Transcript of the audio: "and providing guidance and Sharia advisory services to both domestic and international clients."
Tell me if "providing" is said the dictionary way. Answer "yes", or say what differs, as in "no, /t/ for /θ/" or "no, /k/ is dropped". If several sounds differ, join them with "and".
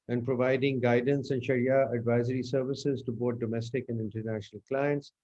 yes